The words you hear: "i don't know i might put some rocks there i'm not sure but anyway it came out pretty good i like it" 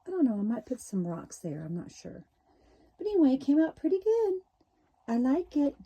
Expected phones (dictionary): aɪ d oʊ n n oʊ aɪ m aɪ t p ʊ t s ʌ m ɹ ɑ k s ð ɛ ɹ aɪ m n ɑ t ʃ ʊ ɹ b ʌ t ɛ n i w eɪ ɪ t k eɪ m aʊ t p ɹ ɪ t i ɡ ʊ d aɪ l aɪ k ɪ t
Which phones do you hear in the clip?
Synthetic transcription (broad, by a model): aɪ d oʊ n n oʊ aɪ m aɪ t p ʊ t s ʌ m ɹ ɑ k s ð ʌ ɹ aɪ m n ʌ t ʃ ʊ ɹ b ʌ t ɛ n i w eɪ ɪ t k eɪ m aʊ t p ɹ ɪ t i ɡ ʊ d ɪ n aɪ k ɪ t